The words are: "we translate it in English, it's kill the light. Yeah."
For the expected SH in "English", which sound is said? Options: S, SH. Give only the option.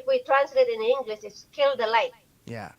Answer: S